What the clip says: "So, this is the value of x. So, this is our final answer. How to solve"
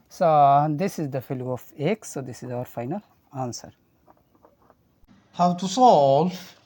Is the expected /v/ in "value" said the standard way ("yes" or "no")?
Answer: no